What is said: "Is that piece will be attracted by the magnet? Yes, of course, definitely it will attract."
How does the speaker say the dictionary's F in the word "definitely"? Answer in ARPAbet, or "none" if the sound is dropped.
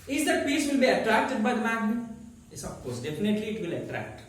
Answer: P